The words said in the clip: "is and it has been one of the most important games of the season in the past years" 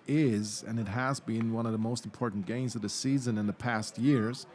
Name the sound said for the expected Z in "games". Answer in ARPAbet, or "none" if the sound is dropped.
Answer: Z